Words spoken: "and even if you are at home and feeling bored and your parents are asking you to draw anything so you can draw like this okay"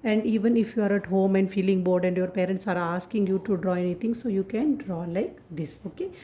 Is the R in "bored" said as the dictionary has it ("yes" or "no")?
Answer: yes